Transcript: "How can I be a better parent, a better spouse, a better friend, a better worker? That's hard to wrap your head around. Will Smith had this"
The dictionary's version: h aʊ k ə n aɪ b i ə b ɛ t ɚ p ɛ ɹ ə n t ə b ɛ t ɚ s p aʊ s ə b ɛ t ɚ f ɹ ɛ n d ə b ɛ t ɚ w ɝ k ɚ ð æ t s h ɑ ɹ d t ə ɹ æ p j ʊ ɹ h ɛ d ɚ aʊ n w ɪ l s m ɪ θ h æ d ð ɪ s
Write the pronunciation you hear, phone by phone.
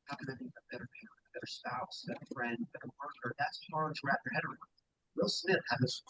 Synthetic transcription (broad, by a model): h aʊ k ə n aɪ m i ə b ɛ t ɚ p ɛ ə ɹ ə b ɛ t ɚ s p aʊ s b ɛ t ɚ f ɹ ɛ n d b ɛ t ɚ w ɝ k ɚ ð æ t s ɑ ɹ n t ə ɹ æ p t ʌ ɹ h ɛ d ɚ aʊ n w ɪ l s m ɪ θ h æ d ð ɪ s